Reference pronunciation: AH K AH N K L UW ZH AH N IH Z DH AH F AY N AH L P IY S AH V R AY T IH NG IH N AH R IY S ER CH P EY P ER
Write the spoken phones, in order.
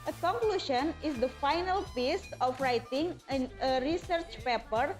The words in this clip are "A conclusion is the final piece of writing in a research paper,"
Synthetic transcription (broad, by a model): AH K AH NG K L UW SH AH N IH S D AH F AY N AH L P IY S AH F R AY T IH NG IH N AH R IY S ER CH P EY P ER